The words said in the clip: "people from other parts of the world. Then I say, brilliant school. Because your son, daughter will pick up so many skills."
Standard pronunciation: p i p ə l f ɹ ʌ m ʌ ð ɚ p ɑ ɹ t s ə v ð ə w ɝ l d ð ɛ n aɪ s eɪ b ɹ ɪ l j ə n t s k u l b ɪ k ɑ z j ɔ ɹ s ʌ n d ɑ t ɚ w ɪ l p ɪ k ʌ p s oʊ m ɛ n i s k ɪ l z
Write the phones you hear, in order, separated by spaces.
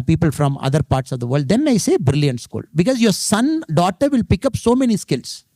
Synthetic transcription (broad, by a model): p i p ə l f ɹ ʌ m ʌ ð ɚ p ɑ ɹ t s ə v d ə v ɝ l d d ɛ n aɪ s eɪ b ɹ ɪ l j ə n t s k u l b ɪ k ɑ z j ɔ ɹ s ʌ n d ɑ t ɚ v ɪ l p ɪ k ʌ p s oʊ m ɛ n i s k ɪ l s